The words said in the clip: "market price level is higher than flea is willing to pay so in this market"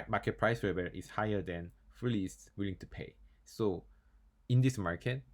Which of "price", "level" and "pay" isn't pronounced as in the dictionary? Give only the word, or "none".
level